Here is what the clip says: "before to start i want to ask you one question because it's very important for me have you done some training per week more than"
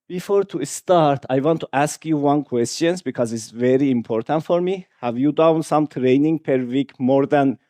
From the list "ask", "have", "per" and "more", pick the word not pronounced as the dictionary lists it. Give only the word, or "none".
none